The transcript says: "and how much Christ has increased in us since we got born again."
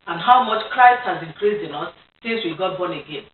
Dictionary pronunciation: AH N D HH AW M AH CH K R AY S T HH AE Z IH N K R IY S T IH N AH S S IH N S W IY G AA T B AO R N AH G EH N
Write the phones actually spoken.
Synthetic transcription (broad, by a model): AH N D HH AW M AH CH K R AY S T HH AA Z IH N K R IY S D IH N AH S S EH S W IY G AA T B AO N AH G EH N